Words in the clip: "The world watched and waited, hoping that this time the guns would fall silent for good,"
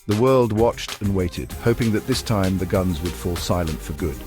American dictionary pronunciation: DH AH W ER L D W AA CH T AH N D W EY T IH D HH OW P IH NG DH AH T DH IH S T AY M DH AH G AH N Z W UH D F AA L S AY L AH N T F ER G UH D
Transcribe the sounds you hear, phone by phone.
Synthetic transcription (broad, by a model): DH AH W ER L D W AA CH T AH N W EY T IH D HH OW P IH NG DH AH T DH IH S T AY M DH AH G AH N Z W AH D F AA L S AY L AH N T F ER G UH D